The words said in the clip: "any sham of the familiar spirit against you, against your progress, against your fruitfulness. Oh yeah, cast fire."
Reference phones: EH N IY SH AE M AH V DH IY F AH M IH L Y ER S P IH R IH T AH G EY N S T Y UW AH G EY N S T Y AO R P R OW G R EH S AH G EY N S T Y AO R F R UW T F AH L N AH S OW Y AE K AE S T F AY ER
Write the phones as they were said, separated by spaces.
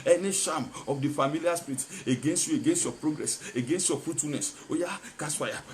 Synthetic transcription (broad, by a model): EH N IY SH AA M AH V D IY F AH M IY L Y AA S P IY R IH T AH G EY N S T Y UW AH G EY N S T Y AO P R OW G R EH S AH G EY N S T Y AO F R UW T F AH L N AH S OW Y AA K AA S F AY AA